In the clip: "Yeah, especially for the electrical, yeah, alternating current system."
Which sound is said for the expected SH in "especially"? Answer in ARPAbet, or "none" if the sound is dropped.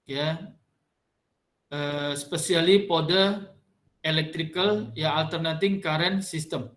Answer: S